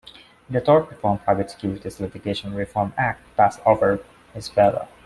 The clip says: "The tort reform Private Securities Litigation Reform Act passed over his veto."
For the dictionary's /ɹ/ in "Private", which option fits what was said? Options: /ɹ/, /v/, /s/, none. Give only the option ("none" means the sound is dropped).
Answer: none